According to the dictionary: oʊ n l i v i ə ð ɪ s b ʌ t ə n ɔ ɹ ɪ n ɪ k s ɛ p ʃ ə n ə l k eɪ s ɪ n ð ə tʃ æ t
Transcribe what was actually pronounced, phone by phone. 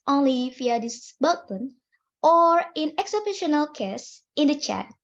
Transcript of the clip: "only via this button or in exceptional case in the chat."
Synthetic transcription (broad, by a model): oʊ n l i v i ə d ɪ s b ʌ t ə n ɔ ɹ ɪ n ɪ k s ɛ b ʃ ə n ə l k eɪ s ɪ n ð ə tʃ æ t